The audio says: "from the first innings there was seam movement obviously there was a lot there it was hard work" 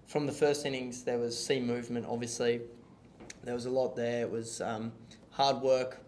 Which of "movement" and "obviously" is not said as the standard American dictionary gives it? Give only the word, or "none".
none